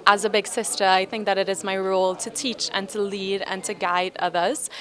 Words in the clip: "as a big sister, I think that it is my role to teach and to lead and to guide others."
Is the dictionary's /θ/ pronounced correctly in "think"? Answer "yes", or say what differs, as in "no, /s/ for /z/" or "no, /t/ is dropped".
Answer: yes